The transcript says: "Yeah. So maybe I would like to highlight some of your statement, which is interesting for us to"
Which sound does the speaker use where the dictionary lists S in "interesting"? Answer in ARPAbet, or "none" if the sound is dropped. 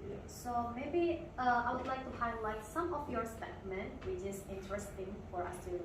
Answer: S